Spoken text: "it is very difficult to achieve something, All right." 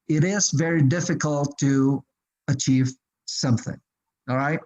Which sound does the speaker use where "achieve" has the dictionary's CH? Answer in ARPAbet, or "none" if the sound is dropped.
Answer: CH